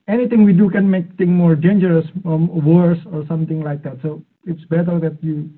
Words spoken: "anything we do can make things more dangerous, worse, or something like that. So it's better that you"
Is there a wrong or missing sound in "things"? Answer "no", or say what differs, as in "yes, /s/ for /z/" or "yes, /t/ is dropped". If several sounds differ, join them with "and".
yes, /t/ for /θ/ and /z/ is dropped